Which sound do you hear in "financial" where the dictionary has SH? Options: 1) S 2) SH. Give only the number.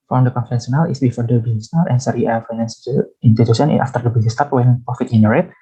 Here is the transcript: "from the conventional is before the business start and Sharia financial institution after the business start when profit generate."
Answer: 1